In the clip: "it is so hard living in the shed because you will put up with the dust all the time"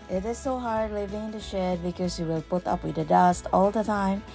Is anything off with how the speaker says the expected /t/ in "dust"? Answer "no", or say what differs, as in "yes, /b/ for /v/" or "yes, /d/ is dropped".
no